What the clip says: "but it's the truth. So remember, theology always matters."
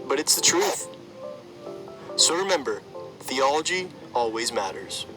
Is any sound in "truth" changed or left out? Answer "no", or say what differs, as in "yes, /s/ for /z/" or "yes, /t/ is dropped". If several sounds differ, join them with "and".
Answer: no